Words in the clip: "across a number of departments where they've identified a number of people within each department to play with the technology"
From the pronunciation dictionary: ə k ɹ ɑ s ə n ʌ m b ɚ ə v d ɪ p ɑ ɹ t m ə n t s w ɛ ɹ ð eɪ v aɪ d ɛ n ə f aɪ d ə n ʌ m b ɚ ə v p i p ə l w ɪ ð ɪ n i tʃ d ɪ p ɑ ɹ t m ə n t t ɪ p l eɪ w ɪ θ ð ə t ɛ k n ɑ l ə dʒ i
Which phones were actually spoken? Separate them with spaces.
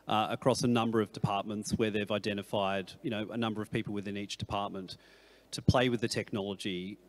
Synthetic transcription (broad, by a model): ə k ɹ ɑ s ə n ʌ m b ɚ ə v d ɪ p ɑ ɹ t m ə n t s w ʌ ɹ ð eɪ v aɪ d ɛ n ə f aɪ d ə n ʌ m b ɚ ə v p i p l w ɪ ð ɪ n i tʃ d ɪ p ɑ ɹ t m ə n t t ɪ p l eɪ w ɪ ð ə t ɛ k n ɑ l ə dʒ i